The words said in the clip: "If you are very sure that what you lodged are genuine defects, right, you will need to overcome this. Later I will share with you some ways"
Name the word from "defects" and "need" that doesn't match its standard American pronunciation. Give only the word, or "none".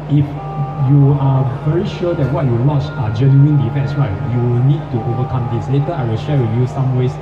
defects